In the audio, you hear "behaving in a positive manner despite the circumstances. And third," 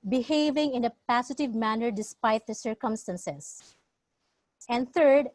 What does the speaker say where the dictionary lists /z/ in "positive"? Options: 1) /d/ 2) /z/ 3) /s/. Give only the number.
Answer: 3